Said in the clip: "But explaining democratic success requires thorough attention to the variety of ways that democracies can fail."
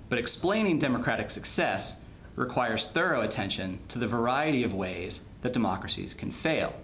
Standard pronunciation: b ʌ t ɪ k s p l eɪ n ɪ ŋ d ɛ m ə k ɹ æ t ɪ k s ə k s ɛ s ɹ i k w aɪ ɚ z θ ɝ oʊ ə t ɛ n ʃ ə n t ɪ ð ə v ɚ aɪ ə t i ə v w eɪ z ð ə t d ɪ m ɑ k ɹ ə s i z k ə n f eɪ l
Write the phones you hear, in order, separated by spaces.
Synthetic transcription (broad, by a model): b ʌ t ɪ k s p l eɪ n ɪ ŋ d ɛ m ə k ɹ æ t ɪ k s ə k s ɛ s ɹ i k w aɪ ɚ z θ ɝ oʊ ə t ɛ n ʃ ə n t ɪ ð ə v ɚ aɪ ə t i ə v w eɪ z ð ə t d ɪ m ɑ k ɹ ə s i z k n f eɪ l